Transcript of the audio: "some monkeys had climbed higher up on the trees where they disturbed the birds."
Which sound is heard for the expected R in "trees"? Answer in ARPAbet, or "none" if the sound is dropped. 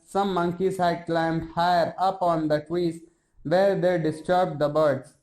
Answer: W